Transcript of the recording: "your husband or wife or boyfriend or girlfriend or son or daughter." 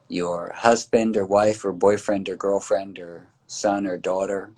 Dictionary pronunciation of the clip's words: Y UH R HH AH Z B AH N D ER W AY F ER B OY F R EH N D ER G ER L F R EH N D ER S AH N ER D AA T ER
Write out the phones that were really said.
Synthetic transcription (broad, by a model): Y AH R HH AH Z B AH N D ER W AY F ER B OY F R EH N D ER G ER L F R EH N D ER S AH N ER D AA T ER